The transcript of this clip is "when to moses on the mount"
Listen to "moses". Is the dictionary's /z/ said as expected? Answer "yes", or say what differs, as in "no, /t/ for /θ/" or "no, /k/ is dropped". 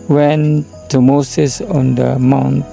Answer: no, /s/ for /z/